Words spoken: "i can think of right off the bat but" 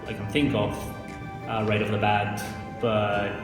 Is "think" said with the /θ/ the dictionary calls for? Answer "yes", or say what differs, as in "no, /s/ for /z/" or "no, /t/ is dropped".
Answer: yes